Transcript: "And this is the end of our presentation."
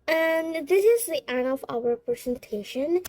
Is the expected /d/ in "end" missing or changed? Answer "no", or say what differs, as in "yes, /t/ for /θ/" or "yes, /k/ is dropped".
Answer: yes, /d/ is dropped